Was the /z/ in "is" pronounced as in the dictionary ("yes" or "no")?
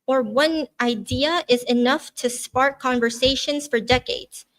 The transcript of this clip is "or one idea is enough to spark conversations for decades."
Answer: yes